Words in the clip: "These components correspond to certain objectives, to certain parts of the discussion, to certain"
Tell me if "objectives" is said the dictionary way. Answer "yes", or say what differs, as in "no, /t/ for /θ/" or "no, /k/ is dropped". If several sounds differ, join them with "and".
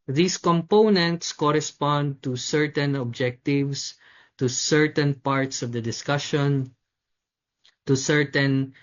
no, /s/ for /z/